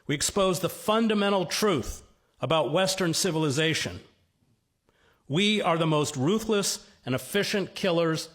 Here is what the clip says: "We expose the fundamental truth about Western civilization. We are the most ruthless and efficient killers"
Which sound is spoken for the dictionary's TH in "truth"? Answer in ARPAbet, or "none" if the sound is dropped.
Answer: TH